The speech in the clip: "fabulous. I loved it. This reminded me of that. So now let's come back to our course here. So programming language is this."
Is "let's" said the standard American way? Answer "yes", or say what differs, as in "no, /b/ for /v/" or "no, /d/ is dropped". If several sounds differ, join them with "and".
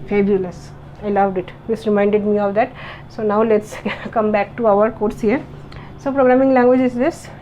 yes